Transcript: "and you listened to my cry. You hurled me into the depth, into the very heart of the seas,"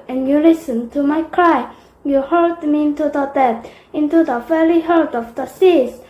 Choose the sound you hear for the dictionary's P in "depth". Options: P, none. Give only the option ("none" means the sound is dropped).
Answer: none